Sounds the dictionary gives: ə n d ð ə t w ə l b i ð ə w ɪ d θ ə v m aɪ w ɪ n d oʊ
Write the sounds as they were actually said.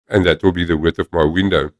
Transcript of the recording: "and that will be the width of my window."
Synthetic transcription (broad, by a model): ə n ð ə t w ə l b i ð ə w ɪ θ ə v m aɪ w ɪ n d oʊ